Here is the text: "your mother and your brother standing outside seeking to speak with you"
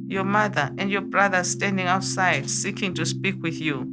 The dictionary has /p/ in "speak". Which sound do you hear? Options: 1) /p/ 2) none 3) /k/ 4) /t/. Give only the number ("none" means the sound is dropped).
1